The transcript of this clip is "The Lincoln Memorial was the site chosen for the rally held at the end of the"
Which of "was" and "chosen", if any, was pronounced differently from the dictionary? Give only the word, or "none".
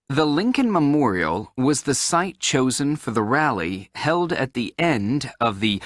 none